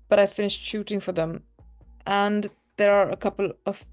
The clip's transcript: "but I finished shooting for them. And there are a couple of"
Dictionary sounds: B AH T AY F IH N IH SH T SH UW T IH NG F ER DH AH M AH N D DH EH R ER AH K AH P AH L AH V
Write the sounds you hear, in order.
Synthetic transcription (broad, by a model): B AH T AY F IH N IH SH T SH UW T IH NG F ER DH AH M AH N DH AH R ER AH K AH P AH L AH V